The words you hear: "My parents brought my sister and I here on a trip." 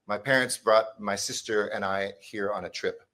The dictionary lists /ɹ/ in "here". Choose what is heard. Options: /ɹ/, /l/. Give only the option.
/ɹ/